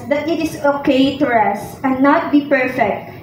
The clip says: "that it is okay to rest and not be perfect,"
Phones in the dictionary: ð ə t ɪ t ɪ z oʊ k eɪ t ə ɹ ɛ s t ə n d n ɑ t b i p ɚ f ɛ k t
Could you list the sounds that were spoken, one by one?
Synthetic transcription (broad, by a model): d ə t ɪ t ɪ s oʊ k eɪ t ə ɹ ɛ s ə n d n ɑ t b i p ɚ f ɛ k t